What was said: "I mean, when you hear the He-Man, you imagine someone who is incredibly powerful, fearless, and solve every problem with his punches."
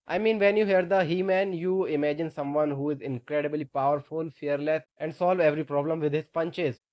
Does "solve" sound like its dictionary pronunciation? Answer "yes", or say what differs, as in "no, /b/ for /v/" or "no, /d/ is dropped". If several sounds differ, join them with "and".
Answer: yes